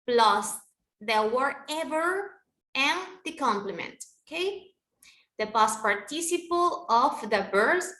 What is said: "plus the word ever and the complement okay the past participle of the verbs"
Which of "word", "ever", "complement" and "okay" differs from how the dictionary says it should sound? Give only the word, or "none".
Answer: word